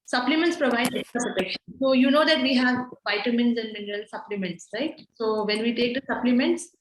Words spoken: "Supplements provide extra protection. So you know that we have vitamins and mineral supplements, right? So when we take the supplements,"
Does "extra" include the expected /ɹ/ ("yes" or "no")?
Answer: no